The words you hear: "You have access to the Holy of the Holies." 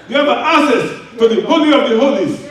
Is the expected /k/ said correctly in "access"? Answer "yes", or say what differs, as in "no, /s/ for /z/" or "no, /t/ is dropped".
no, /k/ is dropped